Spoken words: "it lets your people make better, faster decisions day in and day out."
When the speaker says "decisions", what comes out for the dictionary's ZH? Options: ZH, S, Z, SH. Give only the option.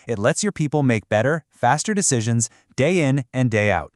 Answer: ZH